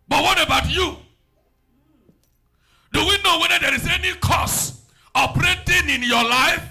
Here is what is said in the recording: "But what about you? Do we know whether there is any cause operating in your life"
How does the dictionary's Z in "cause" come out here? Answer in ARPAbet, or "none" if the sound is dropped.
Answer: S